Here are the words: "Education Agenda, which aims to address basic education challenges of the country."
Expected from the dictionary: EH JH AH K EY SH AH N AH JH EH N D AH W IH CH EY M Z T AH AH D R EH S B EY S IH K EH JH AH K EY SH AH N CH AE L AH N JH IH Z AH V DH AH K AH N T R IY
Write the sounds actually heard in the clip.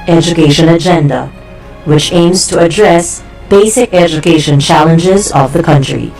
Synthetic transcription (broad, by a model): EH JH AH K EY SH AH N AH JH EH N D AH W IH CH EY M Z T AH AH D R EH S B EY S IH K EH JH AH K EY SH AH N CH AE L AH N JH IH Z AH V DH AH K AH N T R IY